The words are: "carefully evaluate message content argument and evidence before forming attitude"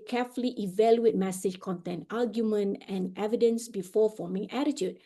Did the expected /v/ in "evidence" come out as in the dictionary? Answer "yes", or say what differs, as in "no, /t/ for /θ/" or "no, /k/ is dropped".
yes